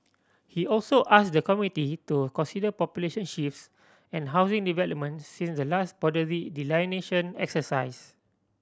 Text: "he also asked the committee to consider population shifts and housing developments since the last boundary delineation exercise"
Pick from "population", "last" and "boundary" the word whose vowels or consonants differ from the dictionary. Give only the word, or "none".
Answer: boundary